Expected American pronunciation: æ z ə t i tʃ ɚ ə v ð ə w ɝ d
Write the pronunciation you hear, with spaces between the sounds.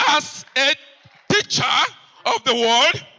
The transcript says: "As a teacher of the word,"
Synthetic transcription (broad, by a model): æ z ə t i tʃ ɚ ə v ð ə w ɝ d